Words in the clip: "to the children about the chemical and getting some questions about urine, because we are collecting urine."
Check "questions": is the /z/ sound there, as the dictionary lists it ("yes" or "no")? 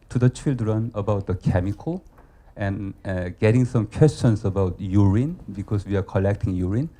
no